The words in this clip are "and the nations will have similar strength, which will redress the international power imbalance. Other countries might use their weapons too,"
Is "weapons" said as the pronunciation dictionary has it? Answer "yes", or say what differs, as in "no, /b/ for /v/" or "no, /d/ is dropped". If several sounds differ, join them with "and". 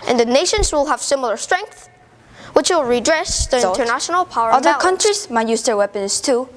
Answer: no, /s/ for /z/